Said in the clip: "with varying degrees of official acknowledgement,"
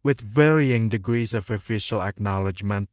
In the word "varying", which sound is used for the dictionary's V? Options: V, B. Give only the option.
V